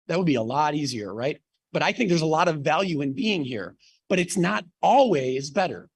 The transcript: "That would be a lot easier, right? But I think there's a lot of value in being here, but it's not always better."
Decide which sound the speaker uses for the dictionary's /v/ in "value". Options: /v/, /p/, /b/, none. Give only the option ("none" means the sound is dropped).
/v/